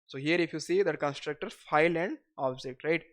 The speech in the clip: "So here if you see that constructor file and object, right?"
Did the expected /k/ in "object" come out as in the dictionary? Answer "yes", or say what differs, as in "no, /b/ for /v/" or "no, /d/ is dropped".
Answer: yes